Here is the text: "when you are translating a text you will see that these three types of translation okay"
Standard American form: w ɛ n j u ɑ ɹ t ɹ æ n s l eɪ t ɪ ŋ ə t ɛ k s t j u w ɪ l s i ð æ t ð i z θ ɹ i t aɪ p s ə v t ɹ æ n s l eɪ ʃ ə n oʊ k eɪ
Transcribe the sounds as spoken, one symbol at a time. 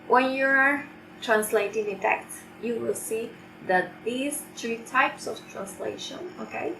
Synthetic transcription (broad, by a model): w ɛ n j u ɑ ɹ t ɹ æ n s l eɪ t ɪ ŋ ə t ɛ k t j u w ɪ l s i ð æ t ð i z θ ɹ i t aɪ p s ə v t ɹ æ n s l eɪ ʃ ə n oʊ k eɪ